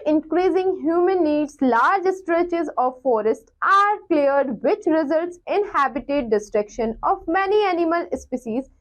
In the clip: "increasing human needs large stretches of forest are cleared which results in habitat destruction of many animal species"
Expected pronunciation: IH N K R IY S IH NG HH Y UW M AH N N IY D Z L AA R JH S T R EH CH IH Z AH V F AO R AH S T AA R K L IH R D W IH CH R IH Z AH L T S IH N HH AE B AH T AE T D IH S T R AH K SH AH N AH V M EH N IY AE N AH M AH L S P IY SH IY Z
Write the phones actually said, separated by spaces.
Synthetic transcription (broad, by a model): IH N K R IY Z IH NG HH Y UW M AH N N IY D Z L AA R JH S T R EH CH IH Z AH V F AO R AH S T AA R K L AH R D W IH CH R IH Z AH L T S IH N HH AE B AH T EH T D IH S T R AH K SH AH N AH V M EH N IY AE N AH M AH L S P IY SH IY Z